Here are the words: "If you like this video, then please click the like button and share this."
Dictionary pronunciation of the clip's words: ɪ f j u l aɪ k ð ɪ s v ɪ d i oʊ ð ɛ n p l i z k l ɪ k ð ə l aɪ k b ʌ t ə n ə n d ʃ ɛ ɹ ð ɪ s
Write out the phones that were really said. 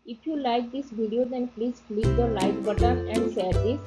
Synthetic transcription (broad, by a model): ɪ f j u l aɪ k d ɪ s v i d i oʊ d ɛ n p l i z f l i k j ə l aɪ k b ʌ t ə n ə n d s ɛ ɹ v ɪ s